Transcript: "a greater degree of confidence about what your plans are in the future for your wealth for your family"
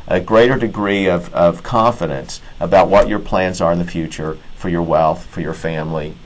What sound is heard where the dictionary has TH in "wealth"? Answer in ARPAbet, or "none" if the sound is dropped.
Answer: TH